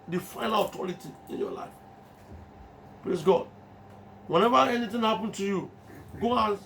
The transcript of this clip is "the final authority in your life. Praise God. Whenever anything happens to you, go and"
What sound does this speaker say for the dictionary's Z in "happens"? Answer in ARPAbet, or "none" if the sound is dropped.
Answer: none